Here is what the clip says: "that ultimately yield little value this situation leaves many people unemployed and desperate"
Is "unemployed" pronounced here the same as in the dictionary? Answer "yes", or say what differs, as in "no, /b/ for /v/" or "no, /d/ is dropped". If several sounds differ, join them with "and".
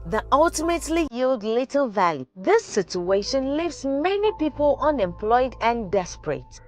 yes